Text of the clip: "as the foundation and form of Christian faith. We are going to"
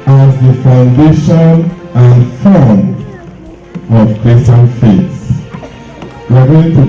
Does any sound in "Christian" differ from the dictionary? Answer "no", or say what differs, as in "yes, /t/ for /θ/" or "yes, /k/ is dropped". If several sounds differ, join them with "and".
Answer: yes, /tʃ/ is dropped